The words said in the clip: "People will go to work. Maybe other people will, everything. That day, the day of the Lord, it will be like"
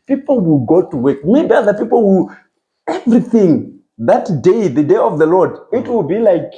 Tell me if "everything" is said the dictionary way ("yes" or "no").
yes